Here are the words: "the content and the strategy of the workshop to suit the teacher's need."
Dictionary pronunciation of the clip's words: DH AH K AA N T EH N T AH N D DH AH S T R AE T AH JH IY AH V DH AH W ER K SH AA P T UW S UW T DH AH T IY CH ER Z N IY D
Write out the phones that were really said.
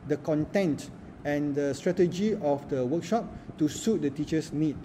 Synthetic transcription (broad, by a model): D AH K AA N T EH N T AH N D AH S T R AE T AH JH IY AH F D AH W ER K SH AA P T UW S UW T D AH T IY CH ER S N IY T